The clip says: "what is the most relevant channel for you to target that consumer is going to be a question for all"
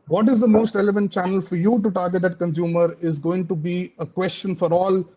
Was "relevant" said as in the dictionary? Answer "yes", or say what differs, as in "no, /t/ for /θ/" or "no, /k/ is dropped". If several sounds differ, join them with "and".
yes